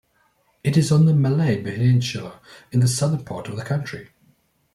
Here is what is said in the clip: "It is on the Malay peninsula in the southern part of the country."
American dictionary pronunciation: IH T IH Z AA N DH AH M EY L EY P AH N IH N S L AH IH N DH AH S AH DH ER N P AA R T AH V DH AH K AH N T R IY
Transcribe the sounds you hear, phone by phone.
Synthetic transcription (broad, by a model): IH T IH Z N DH AH M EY L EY B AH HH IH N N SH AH IH N DH AH S AH DH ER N P AA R T AH V DH AH K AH N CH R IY